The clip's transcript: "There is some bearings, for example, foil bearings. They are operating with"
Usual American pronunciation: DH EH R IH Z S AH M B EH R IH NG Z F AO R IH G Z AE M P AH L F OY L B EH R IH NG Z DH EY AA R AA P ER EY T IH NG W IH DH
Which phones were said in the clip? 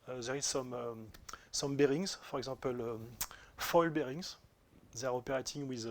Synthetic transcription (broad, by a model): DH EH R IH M S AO M B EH R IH NG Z F AO R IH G Z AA P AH L F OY L B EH R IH NG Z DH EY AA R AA P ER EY T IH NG W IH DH